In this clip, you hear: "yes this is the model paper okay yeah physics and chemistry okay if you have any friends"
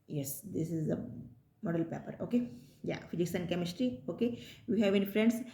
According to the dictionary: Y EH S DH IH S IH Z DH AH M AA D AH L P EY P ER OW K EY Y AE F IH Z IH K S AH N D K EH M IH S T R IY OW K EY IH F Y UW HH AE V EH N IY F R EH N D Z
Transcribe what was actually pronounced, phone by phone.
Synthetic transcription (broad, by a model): Y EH S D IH S IH Z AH M AA D AH L P EY P ER OW K EY Y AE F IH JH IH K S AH N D K EH M IH S T R IY OW K EY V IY HH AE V EH N IY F R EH N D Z